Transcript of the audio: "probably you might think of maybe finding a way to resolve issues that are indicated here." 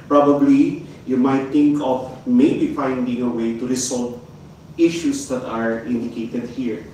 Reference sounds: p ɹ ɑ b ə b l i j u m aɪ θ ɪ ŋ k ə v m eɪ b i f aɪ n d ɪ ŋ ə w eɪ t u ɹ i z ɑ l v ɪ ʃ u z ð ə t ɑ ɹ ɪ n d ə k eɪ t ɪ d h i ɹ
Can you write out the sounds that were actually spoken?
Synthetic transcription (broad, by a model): p ɹ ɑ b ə b l i j u m aɪ t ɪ ŋ k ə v m eɪ b i f aɪ n d ɪ ŋ ə w eɪ t u ɹ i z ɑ l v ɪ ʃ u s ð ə t ɑ ɹ ɪ n d ə k eɪ t ɪ d h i ɹ